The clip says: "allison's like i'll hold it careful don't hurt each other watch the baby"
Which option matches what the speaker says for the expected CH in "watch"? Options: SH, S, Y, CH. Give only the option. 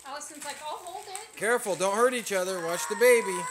SH